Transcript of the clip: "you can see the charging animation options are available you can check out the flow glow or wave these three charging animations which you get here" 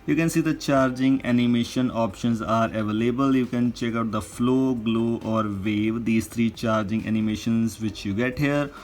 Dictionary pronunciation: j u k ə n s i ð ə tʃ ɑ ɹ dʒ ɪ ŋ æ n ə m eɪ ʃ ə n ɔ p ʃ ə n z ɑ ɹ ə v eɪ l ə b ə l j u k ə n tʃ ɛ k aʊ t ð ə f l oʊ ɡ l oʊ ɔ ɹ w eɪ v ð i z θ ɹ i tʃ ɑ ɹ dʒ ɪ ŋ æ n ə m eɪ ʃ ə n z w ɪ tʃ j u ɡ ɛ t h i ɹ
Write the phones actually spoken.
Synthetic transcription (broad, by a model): j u k ə n s i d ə tʃ ɑ ɹ dʒ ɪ ŋ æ n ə m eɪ ʃ ə n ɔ p ʃ ə n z ɑ ɹ ə v eɪ l ə b ə l j u k ə n tʃ ɛ k aʊ t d ə f l oʊ ɡ l oʊ ɔ ɹ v eɪ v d i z t ɹ i tʃ ɑ ɹ dʒ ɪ ŋ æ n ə m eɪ ʃ ə n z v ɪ tʃ j u ɡ ɛ t h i ɹ